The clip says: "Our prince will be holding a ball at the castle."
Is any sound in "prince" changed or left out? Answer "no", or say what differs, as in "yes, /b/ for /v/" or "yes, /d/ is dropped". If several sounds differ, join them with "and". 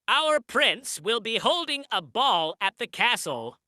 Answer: no